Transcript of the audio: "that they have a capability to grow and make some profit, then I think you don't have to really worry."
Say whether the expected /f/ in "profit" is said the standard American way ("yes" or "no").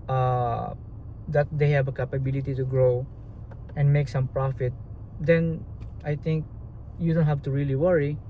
yes